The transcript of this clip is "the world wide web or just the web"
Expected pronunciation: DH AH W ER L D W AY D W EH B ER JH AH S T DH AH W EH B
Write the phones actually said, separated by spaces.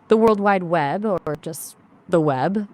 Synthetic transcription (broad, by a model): DH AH W ER L D W AY D W EH B ER JH AH S T DH AH W EH B